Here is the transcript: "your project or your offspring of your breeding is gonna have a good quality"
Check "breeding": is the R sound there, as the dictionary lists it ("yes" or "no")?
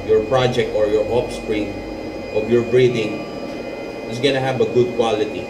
yes